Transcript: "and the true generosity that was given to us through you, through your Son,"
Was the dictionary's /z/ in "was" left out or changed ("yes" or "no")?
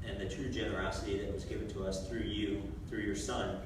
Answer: no